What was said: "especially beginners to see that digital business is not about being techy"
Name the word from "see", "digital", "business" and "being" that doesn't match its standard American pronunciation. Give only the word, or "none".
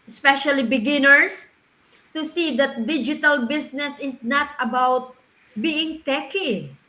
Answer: business